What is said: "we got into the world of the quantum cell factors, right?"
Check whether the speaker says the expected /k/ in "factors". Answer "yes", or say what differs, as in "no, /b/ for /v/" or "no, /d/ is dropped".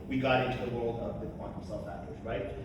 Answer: no, /k/ is dropped